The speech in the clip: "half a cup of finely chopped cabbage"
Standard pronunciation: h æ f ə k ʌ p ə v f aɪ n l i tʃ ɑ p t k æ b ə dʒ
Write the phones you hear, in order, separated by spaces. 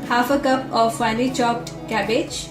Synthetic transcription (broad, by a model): h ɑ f ə k ʌ p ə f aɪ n i tʃ ɑ p t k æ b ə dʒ